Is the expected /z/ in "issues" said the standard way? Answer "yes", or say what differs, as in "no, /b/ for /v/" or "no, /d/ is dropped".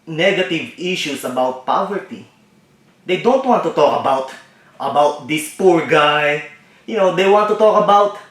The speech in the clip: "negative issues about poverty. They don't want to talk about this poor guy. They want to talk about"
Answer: no, /s/ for /z/